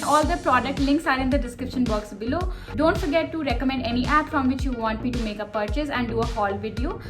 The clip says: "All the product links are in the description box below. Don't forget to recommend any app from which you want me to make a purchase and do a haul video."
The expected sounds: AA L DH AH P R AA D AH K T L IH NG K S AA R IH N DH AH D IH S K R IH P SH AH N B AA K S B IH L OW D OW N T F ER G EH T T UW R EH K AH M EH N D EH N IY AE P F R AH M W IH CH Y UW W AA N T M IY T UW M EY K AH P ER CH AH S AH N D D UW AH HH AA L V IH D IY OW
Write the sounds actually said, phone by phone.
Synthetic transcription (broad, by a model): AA L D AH P R AA D AH K T L IH NG K S AA R IH N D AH D IH S K R IH P SH AH N B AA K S B IH L OW D OW N T F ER G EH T T UW R EH K AH M EH N D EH N IY AE P F R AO M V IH CH Y UW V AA N T M IY T UW M EY K AH P ER CH AH S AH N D D UW AH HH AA L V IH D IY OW